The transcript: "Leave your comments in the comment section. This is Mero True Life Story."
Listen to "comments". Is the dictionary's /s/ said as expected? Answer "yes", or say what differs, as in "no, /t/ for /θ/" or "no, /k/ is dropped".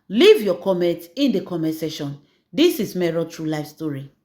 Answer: no, /s/ is dropped